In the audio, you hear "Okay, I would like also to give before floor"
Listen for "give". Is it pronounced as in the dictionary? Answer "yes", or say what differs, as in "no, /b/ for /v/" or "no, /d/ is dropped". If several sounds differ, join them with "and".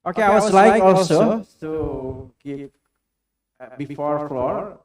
no, /p/ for /v/